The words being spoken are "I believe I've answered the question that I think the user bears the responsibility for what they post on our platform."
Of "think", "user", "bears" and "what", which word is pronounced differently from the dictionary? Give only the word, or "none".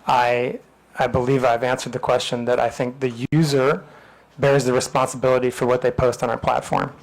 none